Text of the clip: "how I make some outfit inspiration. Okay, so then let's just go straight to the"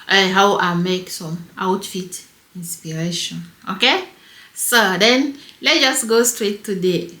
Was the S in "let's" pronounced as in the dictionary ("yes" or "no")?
no